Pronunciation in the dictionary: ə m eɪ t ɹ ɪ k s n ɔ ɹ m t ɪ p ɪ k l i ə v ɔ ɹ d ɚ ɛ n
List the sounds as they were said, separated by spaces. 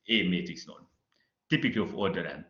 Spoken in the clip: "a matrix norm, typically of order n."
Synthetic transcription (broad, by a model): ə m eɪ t ɪ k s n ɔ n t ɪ p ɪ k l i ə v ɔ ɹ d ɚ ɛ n